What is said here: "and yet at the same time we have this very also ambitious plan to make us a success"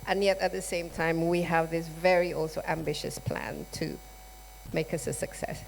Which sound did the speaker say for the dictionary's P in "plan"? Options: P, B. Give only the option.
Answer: P